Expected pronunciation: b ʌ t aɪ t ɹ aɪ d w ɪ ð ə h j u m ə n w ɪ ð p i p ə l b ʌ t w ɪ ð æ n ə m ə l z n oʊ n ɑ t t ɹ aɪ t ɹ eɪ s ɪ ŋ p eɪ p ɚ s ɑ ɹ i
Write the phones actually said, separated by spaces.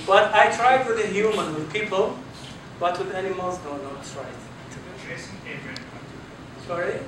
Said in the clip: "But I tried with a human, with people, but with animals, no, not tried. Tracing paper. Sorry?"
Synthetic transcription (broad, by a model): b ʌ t aɪ t ɹ aɪ d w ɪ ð ə h j u m ə n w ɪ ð p i p ə l b ʌ t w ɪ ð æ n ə m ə l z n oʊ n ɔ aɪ s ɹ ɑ ɪ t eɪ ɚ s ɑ ɹ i